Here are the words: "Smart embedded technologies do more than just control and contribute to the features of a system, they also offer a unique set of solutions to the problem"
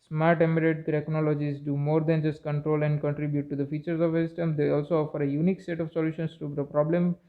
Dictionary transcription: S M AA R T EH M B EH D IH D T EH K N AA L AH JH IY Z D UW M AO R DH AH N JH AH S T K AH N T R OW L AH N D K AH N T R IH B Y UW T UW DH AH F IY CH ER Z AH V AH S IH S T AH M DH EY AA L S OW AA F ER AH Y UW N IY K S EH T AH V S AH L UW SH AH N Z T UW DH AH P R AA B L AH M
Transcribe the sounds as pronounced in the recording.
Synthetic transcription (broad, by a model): S M AA R T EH M EH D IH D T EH K N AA L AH JH IY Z D UW M AO R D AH N JH AH S T K AH N T R OW L AH N D K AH N T R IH B Y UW T UW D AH F IY CH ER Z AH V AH S IH S T AH M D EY AA L S OW AA F ER AH Y UW N IY K S EH T AH V S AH L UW SH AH N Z T UW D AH P R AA B L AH M